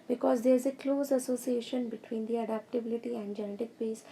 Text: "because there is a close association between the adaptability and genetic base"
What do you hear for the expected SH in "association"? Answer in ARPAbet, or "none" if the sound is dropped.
SH